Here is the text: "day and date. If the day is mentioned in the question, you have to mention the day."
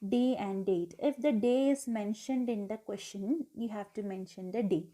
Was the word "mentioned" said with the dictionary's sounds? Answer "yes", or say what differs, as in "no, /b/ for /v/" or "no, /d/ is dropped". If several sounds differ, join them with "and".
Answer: yes